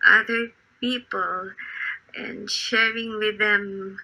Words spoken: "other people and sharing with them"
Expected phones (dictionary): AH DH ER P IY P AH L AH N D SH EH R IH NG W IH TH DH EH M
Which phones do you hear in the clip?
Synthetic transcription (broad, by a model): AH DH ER P IY P AH L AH N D SH EH R IH NG W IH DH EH M